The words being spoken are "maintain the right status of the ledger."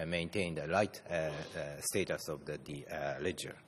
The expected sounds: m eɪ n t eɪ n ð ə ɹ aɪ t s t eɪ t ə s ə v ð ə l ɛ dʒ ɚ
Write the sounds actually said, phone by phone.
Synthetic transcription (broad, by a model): m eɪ n t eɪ n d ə l aɪ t s t eɪ t ə s ə v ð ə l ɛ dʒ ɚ